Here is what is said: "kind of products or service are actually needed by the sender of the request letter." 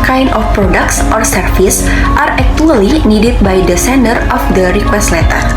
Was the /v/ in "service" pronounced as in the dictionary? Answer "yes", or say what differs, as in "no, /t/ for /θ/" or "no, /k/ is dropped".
no, /f/ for /v/